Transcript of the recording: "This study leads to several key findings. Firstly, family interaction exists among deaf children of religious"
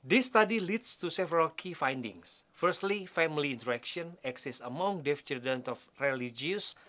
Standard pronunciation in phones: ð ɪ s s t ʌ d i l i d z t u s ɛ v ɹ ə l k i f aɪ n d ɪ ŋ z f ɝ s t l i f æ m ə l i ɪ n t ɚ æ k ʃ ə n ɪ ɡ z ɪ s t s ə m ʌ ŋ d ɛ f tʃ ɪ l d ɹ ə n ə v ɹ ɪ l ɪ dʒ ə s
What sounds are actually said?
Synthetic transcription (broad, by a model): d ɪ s s t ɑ d i l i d s t u s ɛ v ɹ ə l k i f aɪ n d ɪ ŋ s f ɝ s t l i f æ m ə l i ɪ n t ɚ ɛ k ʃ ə n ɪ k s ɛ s s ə m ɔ ŋ d ɛ f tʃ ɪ d ə n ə f ɹ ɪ l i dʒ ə s